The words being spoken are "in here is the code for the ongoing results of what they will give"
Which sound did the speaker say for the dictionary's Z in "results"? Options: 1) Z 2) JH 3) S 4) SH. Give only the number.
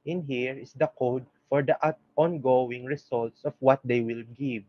3